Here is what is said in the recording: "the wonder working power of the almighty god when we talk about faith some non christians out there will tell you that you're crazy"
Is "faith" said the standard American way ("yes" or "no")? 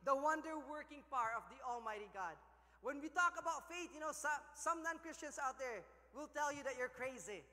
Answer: no